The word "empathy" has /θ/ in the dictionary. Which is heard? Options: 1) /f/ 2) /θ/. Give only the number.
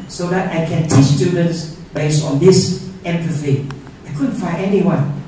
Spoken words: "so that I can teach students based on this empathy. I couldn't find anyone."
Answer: 1